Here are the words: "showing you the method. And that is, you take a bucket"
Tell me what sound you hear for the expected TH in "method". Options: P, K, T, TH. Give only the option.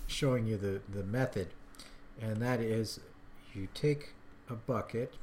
TH